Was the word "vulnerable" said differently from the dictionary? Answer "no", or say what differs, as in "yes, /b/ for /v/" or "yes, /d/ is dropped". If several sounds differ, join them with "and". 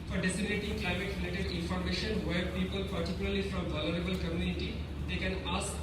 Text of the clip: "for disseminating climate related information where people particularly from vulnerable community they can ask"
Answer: yes, /n/ is dropped